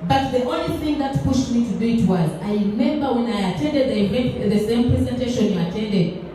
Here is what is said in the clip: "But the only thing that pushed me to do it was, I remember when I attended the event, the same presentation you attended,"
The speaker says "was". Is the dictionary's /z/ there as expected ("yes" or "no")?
yes